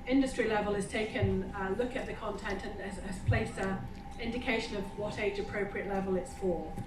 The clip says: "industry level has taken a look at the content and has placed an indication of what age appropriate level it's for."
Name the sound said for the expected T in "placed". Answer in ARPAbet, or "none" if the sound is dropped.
none